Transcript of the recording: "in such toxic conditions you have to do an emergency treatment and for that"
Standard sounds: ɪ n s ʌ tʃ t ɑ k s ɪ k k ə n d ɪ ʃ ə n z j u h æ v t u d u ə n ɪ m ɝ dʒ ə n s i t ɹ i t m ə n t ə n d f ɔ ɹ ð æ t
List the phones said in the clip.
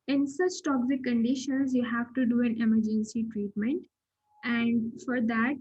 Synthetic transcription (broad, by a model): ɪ n s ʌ s t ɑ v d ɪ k k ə n d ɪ ʃ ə n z j u h æ v t u d u ə n ɪ m ɝ dʒ ə n s i t ɹ i t m ə n t ə n d f ɔ ɹ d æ t